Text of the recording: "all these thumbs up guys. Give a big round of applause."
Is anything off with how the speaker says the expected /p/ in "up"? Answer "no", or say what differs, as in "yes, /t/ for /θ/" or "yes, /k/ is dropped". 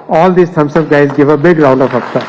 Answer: yes, /b/ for /p/